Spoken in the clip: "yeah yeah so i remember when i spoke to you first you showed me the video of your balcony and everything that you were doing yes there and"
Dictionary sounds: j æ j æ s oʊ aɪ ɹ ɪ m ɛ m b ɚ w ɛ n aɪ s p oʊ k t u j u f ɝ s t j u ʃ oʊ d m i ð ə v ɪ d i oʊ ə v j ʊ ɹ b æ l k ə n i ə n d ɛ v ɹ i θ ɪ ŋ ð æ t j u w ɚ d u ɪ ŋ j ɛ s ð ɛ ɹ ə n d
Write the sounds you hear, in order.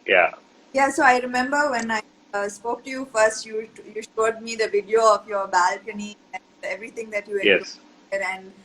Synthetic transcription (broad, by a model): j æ j æ s oʊ aɪ ɹ ɪ m ɛ m b ɚ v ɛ n aɪ s p oʊ k t u j u f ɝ s t j u ʃ oʊ d m i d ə v ɪ d i oʊ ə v j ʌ ɹ b æ l k ə n i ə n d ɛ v ɹ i t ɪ ŋ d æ t j u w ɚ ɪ j ɛ s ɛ ɹ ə n d